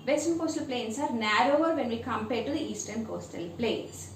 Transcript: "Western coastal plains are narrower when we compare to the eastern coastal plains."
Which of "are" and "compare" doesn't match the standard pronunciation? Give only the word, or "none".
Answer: none